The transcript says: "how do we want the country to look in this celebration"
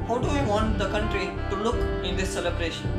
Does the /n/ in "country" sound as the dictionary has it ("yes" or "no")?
yes